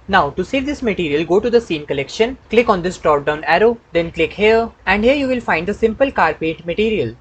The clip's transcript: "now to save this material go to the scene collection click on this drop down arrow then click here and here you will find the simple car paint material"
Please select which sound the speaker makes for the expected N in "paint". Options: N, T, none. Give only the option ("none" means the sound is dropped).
none